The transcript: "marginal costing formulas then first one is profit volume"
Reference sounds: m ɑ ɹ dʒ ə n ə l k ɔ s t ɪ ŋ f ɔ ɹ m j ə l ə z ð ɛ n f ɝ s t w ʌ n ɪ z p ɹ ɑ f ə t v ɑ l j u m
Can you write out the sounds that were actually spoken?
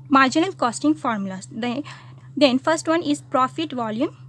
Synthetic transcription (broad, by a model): m ɑ ɹ dʒ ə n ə l k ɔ s t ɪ ŋ f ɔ ɹ m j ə l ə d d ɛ n f ɝ s t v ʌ n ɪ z p ɹ ɑ f ə t v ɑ l j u m